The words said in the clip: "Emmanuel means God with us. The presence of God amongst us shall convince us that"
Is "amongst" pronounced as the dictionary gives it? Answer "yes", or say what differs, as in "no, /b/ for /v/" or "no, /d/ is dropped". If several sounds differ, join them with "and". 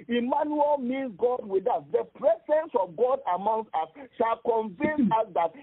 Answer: no, /t/ is dropped